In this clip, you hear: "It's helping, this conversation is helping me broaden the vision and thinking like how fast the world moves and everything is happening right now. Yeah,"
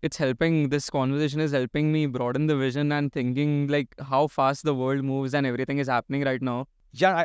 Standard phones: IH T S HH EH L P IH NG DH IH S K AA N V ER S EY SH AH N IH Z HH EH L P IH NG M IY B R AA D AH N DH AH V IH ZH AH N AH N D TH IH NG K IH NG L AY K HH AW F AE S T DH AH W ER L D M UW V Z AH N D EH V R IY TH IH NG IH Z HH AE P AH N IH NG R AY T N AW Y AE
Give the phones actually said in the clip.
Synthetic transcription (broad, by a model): IH T S HH EH L P IH NG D IH S K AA N V ER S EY SH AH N IH Z HH EH L P IH NG M IY B R AA D AH N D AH V IH ZH AH N AH N D T IH NG K IH NG L AY K HH AW F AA S T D AH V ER L D M UW V Z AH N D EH V R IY T IH NG IH Z HH AE P AH N IH NG R AY T N AW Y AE